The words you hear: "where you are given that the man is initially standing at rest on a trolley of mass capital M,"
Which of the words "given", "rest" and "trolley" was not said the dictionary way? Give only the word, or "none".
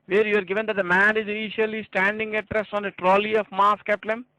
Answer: none